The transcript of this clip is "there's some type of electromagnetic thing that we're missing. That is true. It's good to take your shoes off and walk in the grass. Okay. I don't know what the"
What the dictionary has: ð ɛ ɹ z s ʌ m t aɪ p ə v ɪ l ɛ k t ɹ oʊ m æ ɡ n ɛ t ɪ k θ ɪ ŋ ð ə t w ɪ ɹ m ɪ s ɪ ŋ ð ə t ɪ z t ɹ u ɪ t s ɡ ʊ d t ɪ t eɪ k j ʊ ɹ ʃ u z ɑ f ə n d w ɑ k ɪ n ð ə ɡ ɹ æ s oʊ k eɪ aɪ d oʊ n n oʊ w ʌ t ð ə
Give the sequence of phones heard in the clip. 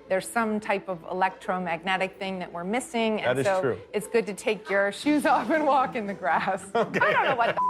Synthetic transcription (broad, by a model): ð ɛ ɹ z s ʌ m t aɪ p ə v ɪ l ɛ k t ɹ oʊ m æ ɡ n ɛ t ɪ k θ ɪ ŋ ð ə t w ɪ ɹ m ɪ s ɪ ŋ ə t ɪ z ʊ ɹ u ɪ t s ɡ ʊ d t ɪ t eɪ k j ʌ ɹ ʃ u z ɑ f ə n w ɑ k ɪ n ð ə ɡ ɹ æ s oʊ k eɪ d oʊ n n oʊ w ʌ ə